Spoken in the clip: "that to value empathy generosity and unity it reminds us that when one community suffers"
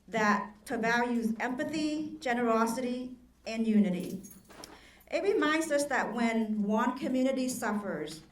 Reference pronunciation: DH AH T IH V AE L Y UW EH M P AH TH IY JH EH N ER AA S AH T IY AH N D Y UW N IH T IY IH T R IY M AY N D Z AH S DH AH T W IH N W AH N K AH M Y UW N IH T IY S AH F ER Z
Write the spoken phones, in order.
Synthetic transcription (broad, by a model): DH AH T IH V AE L Y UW EH M P AH TH IY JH EH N ER AA S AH T IY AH N Y UW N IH T IY IH T R IY M AY N D Z AH S DH AH T W IH N W AH N K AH M Y UW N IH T IY S AH F ER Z